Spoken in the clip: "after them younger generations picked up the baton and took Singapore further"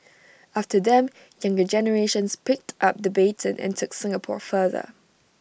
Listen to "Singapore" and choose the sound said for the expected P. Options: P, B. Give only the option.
P